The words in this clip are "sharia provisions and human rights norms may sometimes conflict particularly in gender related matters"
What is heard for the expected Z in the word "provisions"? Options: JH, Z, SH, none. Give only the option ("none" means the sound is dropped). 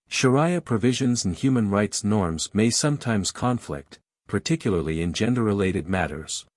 Z